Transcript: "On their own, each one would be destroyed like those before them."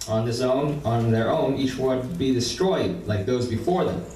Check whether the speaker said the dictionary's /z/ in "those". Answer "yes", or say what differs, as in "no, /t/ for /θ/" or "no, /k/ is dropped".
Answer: yes